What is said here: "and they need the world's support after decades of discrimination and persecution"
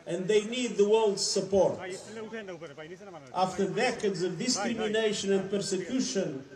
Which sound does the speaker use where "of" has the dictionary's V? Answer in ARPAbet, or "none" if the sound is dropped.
V